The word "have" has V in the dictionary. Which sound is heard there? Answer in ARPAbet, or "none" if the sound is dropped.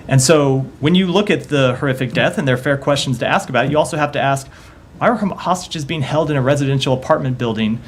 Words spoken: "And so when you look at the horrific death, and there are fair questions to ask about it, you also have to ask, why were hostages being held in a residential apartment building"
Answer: F